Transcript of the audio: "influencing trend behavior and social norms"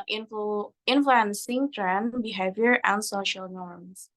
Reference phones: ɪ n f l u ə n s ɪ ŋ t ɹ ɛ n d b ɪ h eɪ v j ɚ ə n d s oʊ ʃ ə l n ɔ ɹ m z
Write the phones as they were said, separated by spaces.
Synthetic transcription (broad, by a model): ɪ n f l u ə n s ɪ ŋ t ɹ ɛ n b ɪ h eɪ v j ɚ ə n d s oʊ ʃ ə l n ɔ ɹ m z